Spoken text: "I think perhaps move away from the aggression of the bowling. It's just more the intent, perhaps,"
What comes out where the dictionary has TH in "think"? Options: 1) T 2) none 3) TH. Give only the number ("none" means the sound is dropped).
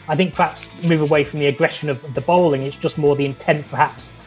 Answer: 3